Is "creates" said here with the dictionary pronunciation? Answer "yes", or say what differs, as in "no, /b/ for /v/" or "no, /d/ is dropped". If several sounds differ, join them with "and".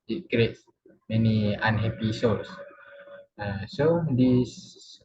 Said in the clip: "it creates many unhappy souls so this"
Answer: yes